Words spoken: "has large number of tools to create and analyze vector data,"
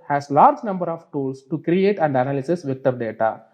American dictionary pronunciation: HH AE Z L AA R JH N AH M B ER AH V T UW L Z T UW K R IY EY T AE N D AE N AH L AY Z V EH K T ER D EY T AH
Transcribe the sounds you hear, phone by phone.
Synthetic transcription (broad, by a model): HH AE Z L AA R JH N AH M B ER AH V T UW L S T UW K R IY EY T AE N D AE N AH L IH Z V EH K T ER D EY T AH